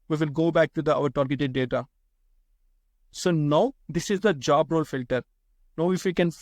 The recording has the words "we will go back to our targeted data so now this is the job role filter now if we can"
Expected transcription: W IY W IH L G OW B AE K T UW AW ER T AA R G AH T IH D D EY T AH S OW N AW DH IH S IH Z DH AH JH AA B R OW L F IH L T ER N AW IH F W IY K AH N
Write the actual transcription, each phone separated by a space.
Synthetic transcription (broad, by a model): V IY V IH L G OW B AE K T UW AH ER T AA R G AH T IH D D EY T AH S OW N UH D IH S IH Z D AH JH AA B R OW L F IH L T ER N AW IH F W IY K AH N